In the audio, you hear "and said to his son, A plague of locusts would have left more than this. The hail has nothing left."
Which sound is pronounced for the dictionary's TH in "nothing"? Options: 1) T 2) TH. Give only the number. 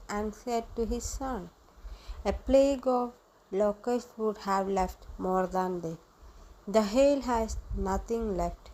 1